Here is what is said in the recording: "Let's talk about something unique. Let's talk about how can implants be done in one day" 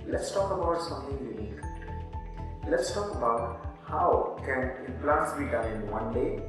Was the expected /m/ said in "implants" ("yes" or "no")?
no